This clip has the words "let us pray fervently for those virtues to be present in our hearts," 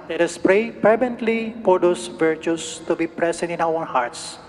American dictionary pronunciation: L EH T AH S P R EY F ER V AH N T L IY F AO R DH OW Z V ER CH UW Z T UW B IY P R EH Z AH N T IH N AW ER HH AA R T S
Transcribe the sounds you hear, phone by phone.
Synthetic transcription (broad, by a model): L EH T AH S P R EY P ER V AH N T L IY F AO R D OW S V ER CH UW S T UW B IY P R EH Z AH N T IH N AW ER HH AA R T S